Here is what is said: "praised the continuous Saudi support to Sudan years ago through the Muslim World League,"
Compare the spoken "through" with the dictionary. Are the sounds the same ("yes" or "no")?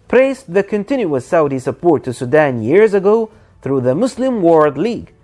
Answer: yes